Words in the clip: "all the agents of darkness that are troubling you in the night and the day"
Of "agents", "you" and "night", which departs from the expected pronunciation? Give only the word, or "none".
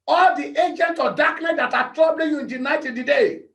agents